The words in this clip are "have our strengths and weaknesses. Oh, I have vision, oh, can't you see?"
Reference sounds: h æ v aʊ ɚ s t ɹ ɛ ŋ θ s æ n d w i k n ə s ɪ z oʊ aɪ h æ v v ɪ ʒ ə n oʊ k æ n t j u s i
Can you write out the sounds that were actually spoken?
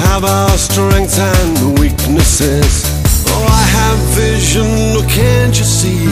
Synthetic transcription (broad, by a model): h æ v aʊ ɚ s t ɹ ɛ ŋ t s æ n w i k n ə s ɪ z oʊ aɪ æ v v ɪ ʒ ə n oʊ k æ n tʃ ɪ s i